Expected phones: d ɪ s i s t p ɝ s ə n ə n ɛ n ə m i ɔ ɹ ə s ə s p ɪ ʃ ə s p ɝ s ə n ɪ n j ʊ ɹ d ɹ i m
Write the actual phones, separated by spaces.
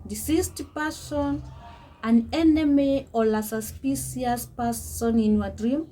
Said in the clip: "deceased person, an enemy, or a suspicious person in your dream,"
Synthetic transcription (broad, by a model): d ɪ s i s t p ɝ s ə n ə n ɛ n ə m i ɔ l ə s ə s p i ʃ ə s p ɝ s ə n ɪ n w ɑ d ɹ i m